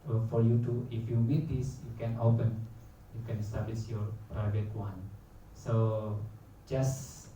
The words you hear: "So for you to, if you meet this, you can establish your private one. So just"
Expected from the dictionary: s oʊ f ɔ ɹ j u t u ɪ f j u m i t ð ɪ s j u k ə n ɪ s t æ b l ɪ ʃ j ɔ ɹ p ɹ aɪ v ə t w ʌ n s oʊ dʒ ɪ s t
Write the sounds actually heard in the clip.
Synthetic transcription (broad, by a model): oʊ f ɔ ɹ j u t u ɪ f j u m i t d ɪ s j u k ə n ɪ s t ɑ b l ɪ s j ɔ ɹ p ɹ aɪ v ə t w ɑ n s oʊ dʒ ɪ s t